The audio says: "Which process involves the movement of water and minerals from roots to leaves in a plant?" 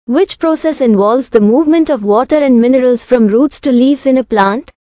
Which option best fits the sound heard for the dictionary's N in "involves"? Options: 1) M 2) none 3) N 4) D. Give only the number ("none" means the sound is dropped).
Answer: 3